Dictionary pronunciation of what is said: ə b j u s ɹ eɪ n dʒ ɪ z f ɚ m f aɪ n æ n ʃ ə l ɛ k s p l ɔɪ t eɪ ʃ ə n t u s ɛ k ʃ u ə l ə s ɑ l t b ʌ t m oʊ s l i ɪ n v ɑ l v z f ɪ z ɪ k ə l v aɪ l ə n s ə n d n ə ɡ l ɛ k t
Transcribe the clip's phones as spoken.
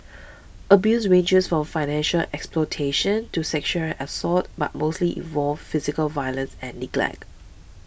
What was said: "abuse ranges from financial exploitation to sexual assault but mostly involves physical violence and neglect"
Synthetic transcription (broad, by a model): ə b j u s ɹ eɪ n dʒ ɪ s f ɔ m f aɪ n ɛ n ʃ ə l ɛ k s p l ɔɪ t eɪ ʃ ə n t u s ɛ k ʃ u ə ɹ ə s ɑ t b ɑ t m oʊ s l i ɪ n v ɑ l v f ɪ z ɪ k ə l v aɪ l ə n s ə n n ə ɡ l ɛ k t